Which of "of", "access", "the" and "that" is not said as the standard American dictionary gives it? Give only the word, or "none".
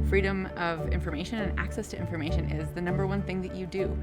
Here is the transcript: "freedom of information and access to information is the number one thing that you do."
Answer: none